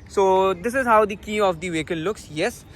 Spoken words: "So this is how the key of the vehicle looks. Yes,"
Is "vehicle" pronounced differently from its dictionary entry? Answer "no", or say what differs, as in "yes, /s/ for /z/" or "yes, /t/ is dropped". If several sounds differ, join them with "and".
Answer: yes, /n/ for /l/